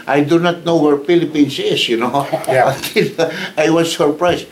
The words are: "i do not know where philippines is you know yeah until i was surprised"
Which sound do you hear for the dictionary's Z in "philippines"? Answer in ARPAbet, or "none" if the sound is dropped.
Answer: S